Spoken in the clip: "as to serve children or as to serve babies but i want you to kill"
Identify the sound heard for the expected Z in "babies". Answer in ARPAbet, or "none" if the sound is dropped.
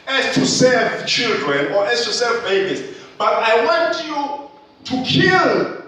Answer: S